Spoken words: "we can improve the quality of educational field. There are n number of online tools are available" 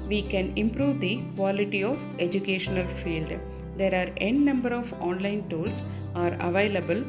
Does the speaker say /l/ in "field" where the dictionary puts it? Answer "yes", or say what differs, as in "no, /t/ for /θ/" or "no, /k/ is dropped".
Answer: yes